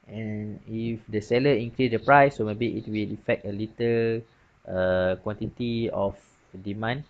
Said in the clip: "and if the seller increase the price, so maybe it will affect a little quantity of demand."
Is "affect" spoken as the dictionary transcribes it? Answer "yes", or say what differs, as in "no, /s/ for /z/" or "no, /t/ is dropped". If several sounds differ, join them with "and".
yes